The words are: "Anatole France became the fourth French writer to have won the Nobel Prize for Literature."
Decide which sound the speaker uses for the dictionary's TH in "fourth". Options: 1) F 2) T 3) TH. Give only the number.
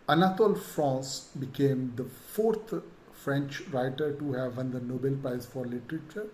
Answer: 2